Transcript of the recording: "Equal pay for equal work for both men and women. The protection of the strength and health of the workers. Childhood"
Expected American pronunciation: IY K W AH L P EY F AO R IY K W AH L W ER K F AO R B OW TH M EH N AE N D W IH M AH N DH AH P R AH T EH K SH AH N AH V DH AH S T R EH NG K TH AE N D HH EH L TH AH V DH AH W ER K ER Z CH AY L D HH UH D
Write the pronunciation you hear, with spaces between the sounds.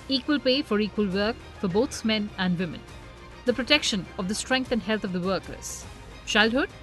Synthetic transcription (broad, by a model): IY K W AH L P EY F AO R IY K W AH L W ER K F AO R B OW S M EH N AE N D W IH M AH N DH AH P R AH T EH K SH AH N AH V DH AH S T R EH NG K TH AE N D HH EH L T AH V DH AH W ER K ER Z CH AY L D HH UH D